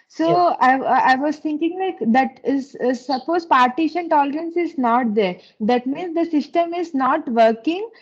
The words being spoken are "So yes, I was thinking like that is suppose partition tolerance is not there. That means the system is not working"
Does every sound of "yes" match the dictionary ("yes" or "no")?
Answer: no